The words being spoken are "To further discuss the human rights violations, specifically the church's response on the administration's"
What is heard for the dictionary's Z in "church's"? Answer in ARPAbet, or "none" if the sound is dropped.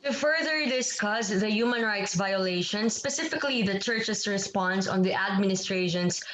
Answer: S